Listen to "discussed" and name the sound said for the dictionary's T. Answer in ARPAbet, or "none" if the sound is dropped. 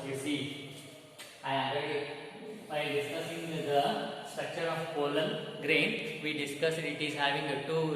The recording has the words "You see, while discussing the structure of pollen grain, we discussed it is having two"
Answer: none